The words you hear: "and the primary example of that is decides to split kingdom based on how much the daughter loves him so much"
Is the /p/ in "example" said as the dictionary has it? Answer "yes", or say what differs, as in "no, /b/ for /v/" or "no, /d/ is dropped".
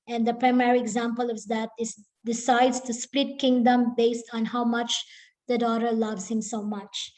yes